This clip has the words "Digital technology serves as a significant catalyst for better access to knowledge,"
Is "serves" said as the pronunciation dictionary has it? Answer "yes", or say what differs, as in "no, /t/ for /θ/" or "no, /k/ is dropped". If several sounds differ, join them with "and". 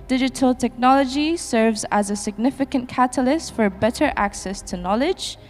yes